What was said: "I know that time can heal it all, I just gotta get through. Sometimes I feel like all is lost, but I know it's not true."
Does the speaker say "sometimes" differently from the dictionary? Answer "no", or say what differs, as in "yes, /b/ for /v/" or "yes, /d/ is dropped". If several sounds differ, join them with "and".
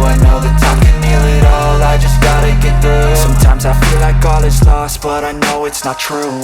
no